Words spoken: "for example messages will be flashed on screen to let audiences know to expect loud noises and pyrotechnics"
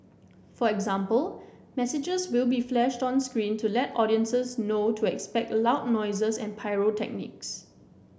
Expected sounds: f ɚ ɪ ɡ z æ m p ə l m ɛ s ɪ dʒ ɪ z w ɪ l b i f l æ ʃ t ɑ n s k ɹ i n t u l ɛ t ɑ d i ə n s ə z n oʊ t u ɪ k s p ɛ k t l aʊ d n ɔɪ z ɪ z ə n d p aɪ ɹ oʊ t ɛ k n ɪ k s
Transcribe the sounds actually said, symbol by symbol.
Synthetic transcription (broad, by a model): f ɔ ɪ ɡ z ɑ m p ə l m ɛ s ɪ dʒ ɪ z w ɪ l b i f l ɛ ʃ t ɑ n s k ɹ i n t u l ɛ t ɑ d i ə n s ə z n oʊ t u ɪ k s p ɛ k t l aʊ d n ɔɪ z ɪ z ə n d p aɪ ɹ oʊ t ɛ k n ɪ k s